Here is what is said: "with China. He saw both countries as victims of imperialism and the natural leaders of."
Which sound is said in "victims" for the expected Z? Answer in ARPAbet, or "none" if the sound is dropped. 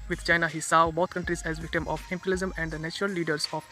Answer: none